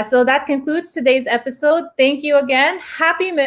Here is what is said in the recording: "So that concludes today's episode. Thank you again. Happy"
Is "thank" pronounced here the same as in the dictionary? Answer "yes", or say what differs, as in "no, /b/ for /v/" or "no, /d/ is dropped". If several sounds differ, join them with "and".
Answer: yes